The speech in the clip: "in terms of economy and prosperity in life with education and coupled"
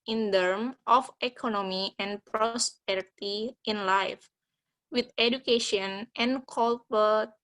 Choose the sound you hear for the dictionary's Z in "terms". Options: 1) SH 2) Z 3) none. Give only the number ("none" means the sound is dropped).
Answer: 3